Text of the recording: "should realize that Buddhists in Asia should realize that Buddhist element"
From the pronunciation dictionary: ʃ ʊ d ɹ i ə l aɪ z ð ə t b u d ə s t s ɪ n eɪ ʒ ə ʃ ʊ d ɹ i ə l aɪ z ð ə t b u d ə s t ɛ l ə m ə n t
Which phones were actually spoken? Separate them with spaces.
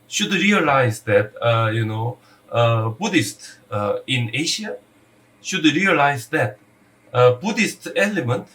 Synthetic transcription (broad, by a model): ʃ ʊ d ɹ i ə l aɪ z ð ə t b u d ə s t ɪ n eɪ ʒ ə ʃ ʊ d ɹ i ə l aɪ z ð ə t b u d ə s t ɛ l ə m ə n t